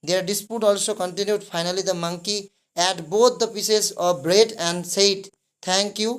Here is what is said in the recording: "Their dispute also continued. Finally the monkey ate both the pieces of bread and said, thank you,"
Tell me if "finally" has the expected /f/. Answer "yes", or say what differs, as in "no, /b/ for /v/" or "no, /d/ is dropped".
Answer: no, /p/ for /f/